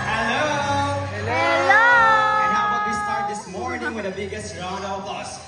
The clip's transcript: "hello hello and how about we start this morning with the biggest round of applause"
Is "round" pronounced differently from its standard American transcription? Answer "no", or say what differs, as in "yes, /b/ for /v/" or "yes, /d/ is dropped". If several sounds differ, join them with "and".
yes, /d/ is dropped